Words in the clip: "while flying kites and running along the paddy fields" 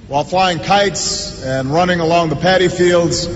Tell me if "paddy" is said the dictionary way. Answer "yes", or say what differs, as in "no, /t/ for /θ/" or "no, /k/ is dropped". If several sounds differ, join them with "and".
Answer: yes